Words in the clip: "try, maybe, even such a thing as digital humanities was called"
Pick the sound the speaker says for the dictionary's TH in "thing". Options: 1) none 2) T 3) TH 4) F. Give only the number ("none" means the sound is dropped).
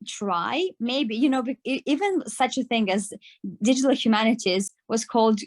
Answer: 3